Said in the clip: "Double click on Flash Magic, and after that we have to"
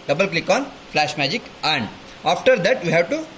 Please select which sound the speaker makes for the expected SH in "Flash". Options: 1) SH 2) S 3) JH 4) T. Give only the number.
1